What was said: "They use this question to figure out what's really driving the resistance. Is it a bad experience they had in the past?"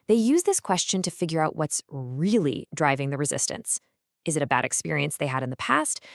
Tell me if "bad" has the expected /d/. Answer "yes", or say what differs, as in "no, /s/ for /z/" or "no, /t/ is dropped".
yes